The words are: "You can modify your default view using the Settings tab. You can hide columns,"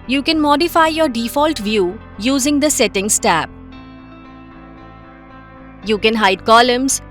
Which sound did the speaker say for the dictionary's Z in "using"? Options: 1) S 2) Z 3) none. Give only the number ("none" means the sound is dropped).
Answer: 2